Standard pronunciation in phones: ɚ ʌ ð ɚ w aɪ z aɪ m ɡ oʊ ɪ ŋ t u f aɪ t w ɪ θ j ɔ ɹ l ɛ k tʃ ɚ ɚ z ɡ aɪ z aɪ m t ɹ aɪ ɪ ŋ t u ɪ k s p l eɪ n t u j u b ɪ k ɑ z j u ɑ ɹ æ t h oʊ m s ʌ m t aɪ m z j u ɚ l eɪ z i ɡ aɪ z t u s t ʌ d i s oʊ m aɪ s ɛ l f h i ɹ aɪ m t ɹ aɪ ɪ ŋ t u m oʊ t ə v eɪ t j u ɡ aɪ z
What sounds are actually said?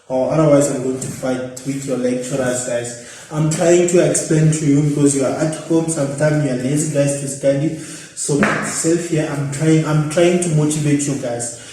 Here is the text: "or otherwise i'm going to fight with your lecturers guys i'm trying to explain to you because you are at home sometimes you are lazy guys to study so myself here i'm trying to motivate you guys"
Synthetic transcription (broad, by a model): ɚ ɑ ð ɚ w aɪ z aɪ m ɡ oʊ ɪ ŋ t u f aɪ t w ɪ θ j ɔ l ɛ k tʃ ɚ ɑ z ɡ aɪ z aɪ m t ɹ aɪ ɪ ŋ t u ɪ k s p l eɪ n t u j u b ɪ k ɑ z j u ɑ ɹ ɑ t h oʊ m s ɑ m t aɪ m j u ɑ l eɪ z i ɡ aɪ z t u s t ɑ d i s oʊ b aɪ s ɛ l f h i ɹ aɪ m t ɹ aɪ ɪ ŋ t u m oʊ t ə v eɪ t j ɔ ɡ aɪ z